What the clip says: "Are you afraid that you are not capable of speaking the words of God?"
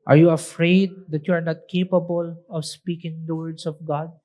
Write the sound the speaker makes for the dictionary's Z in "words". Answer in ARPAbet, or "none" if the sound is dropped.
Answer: S